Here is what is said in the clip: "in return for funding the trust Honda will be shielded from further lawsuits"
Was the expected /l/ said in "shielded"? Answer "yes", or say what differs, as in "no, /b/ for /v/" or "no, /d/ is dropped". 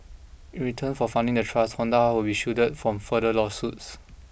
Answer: no, /l/ is dropped